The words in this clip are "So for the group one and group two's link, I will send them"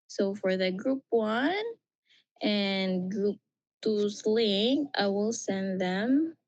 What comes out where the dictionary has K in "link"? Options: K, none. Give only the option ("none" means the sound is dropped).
none